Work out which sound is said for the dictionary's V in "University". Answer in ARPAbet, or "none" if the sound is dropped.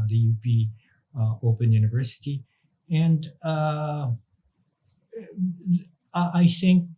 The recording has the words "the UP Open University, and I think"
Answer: V